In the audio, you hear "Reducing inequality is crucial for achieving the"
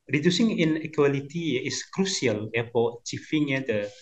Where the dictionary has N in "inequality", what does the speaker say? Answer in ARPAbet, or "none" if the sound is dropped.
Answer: N